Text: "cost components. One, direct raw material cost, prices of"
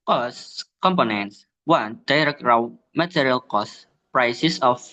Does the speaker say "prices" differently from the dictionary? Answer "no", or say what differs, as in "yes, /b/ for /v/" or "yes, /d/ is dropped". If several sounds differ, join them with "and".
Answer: yes, /s/ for /z/